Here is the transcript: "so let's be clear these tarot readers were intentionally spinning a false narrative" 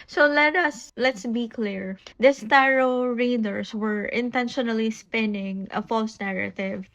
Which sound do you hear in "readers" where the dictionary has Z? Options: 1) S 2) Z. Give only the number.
1